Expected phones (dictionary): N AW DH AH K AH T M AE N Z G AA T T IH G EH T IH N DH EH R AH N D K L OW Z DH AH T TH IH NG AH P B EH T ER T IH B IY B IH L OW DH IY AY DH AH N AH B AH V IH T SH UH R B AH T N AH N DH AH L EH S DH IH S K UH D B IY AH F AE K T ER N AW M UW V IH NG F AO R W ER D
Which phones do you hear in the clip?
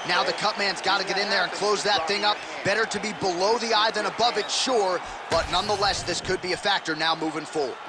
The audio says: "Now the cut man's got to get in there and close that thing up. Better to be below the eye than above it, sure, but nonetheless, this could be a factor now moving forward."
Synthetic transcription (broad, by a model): N AW DH AH K AH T M AE N Z G AA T T IH G EH T IH N DH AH R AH N K L OW Z DH AH T TH IH NG AH P B EH T ER T IH B IY B IH L OW DH IY AY DH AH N AH B AH V IH T SH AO R B AH T N AH N DH AH L EH S DH IH S K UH D B IY AH F AE K T ER N AW M UW V IH NG F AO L